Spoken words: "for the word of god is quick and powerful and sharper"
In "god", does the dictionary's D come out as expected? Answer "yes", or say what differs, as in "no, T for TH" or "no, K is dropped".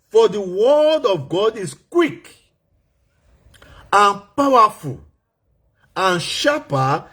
yes